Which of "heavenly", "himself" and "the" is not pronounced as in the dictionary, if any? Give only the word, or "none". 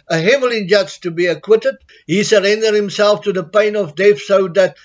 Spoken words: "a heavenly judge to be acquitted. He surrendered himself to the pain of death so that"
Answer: heavenly